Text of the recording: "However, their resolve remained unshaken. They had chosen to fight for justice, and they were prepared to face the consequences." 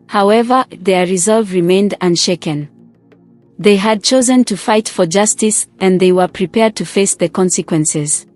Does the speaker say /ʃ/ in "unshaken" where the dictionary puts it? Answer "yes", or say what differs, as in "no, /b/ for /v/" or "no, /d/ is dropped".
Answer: yes